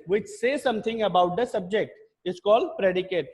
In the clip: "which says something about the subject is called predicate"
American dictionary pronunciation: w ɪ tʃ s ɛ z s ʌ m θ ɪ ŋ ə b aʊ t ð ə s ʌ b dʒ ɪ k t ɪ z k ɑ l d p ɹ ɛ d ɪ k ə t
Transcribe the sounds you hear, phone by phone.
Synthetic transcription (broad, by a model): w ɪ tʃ s ɛ s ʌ m t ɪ ŋ ə b aʊ t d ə s ʌ b dʒ ɪ k t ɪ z k ɑ l d p ɹ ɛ d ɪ k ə t